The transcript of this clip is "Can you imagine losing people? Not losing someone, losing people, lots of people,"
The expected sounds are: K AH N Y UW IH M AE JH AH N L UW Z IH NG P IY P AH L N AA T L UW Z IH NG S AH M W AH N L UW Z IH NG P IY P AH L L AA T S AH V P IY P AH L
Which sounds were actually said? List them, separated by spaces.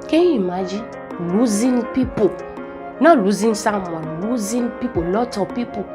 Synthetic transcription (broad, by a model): K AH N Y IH M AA JH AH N L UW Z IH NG P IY P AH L N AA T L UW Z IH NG S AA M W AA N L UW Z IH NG P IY P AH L L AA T AH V P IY P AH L